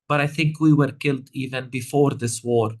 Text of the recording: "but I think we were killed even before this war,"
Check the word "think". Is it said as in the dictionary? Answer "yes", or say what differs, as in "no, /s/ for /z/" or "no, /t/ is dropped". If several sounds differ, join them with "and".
yes